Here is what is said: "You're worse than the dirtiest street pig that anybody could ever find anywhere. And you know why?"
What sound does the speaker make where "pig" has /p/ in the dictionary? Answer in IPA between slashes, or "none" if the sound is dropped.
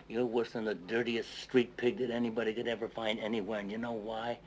/p/